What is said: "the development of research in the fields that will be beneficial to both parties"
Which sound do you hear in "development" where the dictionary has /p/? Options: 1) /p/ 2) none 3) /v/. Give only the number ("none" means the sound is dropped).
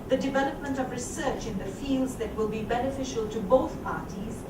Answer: 1